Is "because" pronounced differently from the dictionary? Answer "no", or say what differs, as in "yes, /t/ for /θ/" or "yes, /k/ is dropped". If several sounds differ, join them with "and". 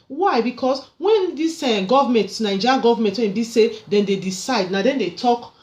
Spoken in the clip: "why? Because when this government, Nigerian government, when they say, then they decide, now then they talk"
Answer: yes, /s/ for /z/